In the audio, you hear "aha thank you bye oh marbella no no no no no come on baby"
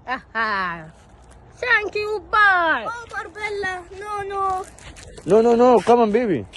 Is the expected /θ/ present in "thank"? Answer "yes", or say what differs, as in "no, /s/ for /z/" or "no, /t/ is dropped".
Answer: no, /s/ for /θ/